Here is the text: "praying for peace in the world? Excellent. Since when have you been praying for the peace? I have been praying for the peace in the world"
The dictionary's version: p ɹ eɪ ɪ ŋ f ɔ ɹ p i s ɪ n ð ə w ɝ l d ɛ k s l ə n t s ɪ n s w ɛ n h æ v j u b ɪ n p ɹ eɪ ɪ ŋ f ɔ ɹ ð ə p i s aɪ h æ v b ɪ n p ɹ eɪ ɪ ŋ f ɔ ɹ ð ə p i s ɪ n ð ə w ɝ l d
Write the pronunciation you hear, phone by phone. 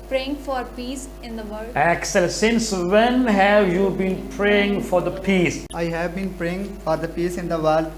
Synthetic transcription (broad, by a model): p ɹ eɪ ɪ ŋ f ɔ ɹ p i s ɪ n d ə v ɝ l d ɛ k s ə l s ɪ n s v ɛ n h æ v j u b ɪ n p ɹ eɪ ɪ ŋ f ɔ ɹ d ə p i s aɪ h æ v b ɪ n p ɹ eɪ ɪ ŋ f ɔ ɹ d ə p i s ɪ n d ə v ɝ l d